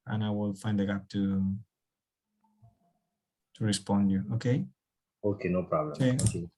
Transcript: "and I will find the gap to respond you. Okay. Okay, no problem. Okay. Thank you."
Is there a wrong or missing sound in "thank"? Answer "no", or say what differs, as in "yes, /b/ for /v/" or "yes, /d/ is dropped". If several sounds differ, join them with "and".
yes, /ŋ/ is dropped